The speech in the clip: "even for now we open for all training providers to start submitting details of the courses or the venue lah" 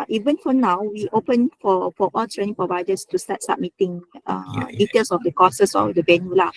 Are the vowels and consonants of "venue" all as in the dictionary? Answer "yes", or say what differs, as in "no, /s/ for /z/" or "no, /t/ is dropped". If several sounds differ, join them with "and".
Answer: no, /b/ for /v/